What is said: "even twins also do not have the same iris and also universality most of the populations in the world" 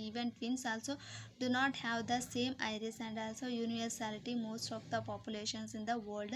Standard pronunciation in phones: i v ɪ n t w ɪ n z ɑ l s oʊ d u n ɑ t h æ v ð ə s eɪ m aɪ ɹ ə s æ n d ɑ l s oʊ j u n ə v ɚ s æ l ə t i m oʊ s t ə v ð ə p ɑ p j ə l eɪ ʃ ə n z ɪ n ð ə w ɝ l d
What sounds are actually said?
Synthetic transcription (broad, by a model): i v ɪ n t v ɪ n s ɑ l s oʊ d u n ɑ t h æ v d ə s eɪ m aɪ ɹ ə s æ n d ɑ l s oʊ j u n ə v ɚ s æ l ə t i m oʊ s t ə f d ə p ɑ p j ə l eɪ ʃ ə n s ɪ n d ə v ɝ l d